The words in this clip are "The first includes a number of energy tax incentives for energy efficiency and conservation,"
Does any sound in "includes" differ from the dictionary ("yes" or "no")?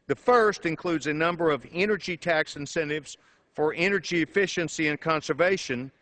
no